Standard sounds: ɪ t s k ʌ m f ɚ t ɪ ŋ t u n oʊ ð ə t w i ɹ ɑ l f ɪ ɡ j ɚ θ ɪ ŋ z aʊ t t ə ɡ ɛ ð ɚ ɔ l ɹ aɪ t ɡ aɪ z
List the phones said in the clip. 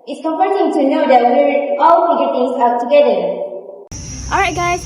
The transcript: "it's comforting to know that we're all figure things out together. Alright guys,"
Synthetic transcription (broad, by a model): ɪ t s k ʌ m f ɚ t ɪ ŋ t u n oʊ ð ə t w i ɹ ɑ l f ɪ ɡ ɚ t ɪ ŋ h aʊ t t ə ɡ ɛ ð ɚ ɔ l ɹ aɪ t ɡ aɪ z